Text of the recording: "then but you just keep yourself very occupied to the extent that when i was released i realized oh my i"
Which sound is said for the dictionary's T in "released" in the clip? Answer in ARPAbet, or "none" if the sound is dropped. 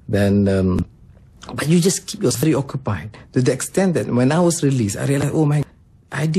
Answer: none